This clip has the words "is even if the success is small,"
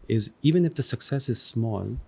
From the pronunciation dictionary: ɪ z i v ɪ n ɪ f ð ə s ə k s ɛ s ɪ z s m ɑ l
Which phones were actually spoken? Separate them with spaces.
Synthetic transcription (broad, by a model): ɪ z i v ɪ n ɪ f ð ə s ə k s ɛ s ɪ z s m ɑ l